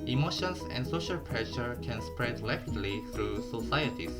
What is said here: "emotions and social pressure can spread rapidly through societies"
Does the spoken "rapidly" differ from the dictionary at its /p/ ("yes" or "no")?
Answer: yes